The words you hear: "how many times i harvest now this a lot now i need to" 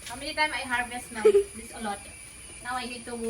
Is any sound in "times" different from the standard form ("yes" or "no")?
yes